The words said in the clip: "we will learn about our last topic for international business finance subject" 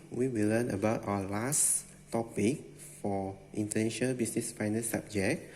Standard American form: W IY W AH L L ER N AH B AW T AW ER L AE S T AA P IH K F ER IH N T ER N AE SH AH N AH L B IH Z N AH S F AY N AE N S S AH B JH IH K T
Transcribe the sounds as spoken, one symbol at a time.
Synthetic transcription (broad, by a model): W IY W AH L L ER N AH B AW T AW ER L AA S T AA P IH K F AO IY N T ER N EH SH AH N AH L B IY S N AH S F AY N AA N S S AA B JH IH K